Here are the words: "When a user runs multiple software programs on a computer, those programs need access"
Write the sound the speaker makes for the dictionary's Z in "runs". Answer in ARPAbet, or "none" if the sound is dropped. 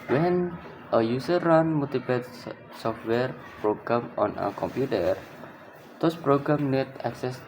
none